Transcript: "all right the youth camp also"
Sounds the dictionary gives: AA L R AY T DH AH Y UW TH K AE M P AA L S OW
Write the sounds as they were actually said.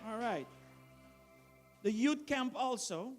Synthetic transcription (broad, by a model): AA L R AY T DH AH Y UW T K AE M P AA L S OW